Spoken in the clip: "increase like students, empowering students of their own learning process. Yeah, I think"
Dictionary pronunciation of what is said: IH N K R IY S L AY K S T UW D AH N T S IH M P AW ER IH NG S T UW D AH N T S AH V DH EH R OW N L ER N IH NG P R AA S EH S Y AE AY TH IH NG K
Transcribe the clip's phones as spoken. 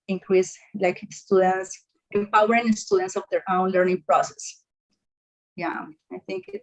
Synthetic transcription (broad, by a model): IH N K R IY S L AY K S T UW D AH N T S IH M P AW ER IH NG S T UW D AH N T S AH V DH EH R OW N L ER N IH NG P R AA S EH S Y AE AY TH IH NG K